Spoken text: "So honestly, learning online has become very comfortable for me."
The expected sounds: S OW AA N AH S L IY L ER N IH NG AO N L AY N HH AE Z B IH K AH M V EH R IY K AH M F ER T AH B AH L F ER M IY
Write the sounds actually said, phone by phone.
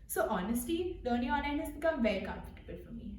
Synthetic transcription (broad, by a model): S OW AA N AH S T IY L ER N IH NG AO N AY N HH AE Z B IH K AH M V EH R IY K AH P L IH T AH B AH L F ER M IY